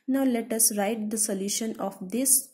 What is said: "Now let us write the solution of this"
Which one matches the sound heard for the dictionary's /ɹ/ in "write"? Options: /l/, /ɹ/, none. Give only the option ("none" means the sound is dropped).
/ɹ/